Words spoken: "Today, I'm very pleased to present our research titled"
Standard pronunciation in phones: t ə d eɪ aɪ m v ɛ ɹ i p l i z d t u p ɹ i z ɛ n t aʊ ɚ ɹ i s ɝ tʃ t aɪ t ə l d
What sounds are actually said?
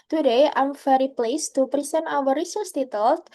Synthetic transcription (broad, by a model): t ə d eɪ aɪ m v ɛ ɹ i p l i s t u p ɹ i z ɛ n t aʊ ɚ ɹ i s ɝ s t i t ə l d